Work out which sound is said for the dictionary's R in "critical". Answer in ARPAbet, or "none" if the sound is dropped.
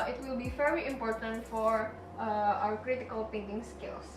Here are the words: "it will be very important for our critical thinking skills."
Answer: R